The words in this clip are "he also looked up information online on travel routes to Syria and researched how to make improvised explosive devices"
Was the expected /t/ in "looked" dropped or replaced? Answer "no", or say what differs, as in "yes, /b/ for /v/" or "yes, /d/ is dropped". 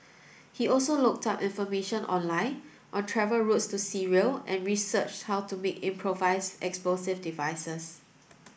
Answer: no